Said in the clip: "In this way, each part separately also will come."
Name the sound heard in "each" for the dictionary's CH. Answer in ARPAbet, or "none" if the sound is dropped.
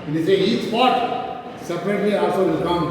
S